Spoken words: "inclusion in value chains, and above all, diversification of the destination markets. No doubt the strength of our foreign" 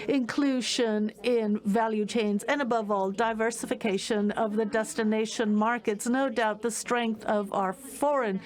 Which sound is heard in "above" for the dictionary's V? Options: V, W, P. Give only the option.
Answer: V